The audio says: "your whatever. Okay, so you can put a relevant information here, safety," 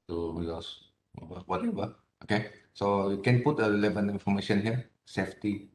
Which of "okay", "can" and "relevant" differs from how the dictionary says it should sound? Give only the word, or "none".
relevant